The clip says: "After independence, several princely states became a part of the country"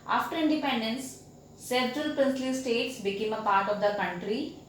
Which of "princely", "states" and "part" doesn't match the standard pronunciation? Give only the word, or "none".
none